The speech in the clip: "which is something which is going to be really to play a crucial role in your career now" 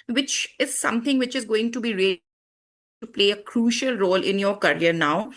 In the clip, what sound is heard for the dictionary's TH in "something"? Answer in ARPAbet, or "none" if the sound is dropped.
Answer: T